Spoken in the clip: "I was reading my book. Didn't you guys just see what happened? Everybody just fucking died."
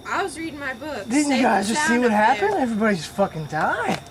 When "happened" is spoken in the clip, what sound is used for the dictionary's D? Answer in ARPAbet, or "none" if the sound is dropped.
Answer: none